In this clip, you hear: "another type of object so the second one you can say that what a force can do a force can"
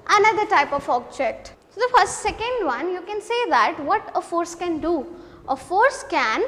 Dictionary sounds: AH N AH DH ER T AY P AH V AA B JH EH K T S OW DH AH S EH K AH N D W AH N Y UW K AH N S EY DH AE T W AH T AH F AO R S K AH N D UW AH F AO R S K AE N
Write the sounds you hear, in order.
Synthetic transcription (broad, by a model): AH N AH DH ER T AY P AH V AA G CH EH T S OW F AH S EH K AH N D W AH N Y UW K AH N S EY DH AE T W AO T AH F AO R S K AH N D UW AH F AO R S K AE N